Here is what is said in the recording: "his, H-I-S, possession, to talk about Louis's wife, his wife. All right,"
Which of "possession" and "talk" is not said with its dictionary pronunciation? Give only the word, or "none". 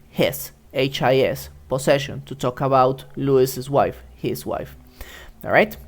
possession